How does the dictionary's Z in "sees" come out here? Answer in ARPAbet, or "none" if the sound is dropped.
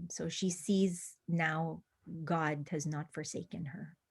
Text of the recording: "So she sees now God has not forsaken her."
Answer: Z